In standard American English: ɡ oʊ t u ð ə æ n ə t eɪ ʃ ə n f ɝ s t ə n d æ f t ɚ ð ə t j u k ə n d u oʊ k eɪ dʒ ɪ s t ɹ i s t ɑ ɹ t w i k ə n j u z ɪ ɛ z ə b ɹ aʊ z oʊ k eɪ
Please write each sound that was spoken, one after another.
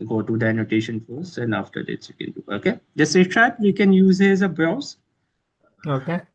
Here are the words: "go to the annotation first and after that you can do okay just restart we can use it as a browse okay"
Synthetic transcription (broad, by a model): ɡ oʊ t u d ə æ n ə t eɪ ʃ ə n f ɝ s ə n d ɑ f t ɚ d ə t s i k ə n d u oʊ k eɪ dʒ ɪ s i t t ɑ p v i k ə n j u z ɪ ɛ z ə b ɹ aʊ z oʊ k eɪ